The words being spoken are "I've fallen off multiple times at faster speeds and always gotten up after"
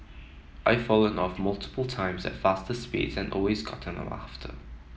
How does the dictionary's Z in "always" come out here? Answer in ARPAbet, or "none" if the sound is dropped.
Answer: Z